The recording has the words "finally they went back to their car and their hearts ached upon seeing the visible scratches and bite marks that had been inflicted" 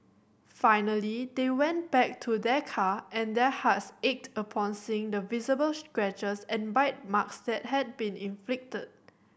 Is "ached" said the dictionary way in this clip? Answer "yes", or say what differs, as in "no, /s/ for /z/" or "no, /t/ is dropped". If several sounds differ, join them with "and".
yes